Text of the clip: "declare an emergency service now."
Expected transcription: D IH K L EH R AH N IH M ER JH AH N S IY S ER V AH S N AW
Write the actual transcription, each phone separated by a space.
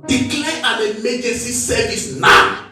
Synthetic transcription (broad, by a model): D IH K L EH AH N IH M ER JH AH S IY S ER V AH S N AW